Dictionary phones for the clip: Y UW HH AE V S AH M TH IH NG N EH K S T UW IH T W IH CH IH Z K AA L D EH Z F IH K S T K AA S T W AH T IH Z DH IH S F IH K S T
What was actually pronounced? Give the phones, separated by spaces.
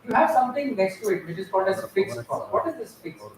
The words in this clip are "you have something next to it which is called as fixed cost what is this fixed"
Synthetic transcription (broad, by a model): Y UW HH AE V S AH M T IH NG N EH K S T UW IH T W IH CH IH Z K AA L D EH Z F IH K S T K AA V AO T IH Z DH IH S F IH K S